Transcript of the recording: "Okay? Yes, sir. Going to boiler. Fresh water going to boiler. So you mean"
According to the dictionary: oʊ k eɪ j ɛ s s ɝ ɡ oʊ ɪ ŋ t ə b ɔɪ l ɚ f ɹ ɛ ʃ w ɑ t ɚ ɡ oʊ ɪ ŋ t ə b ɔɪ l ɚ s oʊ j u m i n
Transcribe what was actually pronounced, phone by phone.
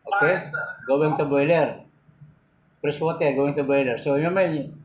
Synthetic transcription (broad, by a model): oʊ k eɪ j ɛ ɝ ɡ oʊ ɪ ŋ t ə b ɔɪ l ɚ p ɹ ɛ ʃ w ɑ t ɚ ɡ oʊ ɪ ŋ t ə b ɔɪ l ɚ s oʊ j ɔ m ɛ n